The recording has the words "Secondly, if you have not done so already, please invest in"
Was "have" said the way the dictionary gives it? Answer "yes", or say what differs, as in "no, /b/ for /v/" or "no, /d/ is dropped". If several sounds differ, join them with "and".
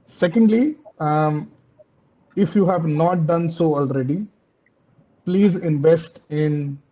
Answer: yes